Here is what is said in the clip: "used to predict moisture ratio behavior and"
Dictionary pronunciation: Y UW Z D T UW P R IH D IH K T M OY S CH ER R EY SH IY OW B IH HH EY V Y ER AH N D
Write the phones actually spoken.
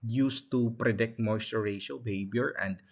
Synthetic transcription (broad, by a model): Y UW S T UW P R IH D IH K T M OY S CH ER R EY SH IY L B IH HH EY B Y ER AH N D